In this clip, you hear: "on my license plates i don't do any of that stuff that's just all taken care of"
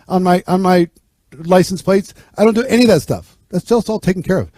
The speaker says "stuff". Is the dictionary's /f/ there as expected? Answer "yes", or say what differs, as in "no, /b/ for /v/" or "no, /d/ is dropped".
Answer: yes